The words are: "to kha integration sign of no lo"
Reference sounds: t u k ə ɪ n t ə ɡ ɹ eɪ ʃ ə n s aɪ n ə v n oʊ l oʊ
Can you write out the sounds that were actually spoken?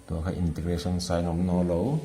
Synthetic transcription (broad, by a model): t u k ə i n t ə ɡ ɹ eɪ s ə n s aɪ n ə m n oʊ l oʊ